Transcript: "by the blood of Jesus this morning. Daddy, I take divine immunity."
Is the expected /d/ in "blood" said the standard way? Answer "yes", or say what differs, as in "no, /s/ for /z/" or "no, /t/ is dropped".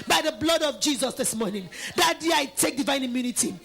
yes